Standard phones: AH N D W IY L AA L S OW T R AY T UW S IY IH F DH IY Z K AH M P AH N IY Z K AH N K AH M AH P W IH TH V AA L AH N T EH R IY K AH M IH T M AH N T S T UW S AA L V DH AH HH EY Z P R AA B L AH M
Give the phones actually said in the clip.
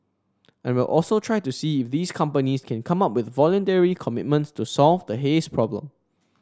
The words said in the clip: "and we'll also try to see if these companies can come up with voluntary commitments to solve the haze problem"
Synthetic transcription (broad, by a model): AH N W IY L AA L S OW T R AY T UW S IY IH F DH IY S K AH M P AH N IY S K AH N K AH M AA P W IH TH V AA L AH N T EH R IY K AH M IH T M AH N T S T UW S AA L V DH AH HH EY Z P R AA B L AH M